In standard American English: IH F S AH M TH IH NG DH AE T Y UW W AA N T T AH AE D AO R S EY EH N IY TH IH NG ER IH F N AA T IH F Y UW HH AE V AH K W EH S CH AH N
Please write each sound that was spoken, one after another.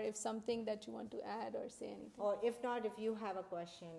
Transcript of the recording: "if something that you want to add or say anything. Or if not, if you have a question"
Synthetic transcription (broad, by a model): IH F S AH M T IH NG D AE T Y UW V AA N T T AE D AO R S EY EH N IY T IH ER IH F N AA T IH F Y UW HH AE V AH K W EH S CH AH N